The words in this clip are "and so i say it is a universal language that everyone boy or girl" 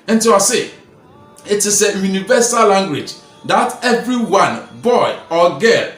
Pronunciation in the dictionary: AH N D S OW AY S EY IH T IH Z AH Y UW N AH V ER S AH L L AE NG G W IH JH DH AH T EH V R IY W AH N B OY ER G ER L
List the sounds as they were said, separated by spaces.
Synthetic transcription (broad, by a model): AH N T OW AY S EY IH T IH S AH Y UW N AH V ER S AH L L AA NG G W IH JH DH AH T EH V R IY W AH N B OY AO G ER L